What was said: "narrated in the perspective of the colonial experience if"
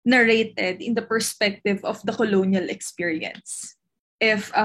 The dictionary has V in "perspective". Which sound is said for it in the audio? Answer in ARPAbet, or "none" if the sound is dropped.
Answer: V